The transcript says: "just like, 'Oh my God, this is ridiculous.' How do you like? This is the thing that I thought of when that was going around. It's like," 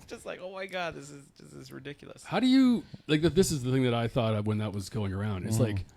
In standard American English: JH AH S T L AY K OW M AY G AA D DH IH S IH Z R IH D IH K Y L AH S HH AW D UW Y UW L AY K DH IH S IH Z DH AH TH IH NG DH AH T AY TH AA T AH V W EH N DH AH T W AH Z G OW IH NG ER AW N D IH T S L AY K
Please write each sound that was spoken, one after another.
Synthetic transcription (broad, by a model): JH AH S T L AY K OW M AY G AA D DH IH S IH Z R IH D IH K Y L AH S HH AW D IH Y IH L AY K DH IH S IH Z DH AH TH IH NG DH AH T AY TH AA T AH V W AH N DH AH T W AH Z G OW IH NG ER AW N D IH T S L AY K